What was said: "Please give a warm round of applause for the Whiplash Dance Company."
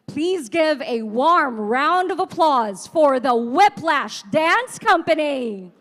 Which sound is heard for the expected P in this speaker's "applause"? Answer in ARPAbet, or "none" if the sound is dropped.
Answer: P